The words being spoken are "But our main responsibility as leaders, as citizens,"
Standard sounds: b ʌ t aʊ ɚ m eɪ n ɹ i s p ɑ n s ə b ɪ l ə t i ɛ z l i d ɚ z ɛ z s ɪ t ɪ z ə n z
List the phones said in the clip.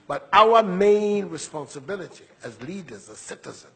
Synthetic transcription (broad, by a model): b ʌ t aʊ ɚ m eɪ n ɹ i s p ɑ n s ə b ɪ l ə t i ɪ z l i d ɚ z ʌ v s ɪ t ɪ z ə n